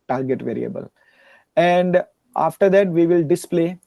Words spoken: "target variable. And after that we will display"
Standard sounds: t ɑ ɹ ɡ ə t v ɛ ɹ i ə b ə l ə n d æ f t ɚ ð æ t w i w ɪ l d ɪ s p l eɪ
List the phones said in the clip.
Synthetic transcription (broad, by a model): t ɑ ɹ ɡ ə t v ɛ ɹ i ə b ə l ə n d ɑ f t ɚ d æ t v i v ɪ l d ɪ s p l eɪ